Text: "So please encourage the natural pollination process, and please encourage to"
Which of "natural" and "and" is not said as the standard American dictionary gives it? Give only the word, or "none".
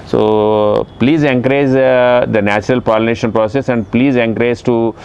none